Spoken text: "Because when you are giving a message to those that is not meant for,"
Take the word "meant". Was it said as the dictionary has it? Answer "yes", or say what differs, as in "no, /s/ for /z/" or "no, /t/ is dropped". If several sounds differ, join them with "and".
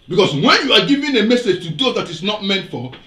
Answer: yes